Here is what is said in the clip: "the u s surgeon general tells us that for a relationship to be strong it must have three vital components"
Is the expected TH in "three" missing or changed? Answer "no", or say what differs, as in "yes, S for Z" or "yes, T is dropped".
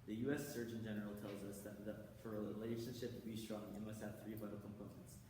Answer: no